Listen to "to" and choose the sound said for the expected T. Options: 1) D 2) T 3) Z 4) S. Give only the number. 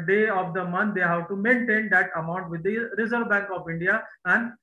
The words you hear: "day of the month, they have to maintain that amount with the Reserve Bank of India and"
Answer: 2